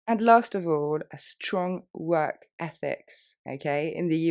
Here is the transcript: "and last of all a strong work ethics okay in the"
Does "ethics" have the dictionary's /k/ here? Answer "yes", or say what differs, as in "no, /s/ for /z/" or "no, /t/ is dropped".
yes